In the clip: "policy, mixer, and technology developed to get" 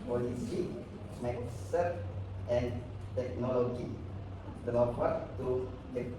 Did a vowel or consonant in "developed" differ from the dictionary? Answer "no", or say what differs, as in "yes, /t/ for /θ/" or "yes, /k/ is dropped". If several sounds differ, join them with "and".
yes, /p/ is dropped